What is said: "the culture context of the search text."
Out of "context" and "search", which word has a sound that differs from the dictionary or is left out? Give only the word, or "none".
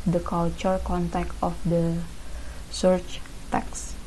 context